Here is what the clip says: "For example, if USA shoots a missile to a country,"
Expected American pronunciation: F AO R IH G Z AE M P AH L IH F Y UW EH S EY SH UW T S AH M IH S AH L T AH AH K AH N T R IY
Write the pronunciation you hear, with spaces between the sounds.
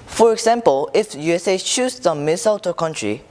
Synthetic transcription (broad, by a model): F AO R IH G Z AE M P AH L IH F Y UW EH S EY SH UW S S AH M IH S AH L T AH AH K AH N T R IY